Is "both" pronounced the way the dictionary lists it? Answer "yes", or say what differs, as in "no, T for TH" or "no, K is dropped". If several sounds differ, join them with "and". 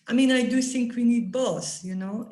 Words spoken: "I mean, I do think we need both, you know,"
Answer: no, S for TH